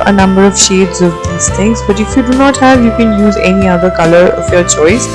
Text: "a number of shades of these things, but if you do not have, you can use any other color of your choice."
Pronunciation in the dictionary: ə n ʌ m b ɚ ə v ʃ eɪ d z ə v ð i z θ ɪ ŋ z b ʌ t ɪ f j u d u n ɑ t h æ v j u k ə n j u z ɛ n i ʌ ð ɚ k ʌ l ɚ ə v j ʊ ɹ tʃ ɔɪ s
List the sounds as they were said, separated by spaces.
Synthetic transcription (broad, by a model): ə n ʌ m b ɚ ə v ʃ eɪ d z ə v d i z t ɪ ŋ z b ʌ t ɪ f j u d u n ɑ t h æ v j u k ə n j u z ɛ n i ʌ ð ɚ k ʌ l ɚ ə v j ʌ ɹ tʃ ɔɪ s